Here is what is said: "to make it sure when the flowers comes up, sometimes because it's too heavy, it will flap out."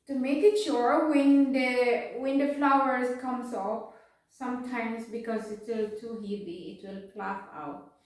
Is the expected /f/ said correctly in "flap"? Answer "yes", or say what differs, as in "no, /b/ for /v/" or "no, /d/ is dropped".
no, /p/ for /f/